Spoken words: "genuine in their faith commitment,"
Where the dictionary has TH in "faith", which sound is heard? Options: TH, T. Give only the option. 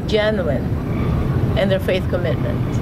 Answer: TH